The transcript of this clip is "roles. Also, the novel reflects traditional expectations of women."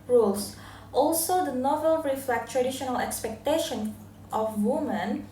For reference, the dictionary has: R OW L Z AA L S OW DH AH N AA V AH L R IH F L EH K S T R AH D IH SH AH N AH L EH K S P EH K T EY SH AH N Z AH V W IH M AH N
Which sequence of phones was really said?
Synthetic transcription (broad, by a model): R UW L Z AA L S OW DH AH N AA V AH L R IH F L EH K T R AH D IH SH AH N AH L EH K S P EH K T EY SH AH N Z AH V W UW M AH N